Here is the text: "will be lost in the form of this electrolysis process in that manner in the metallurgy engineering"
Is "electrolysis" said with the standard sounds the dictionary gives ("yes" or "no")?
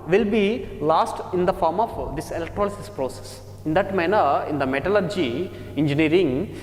yes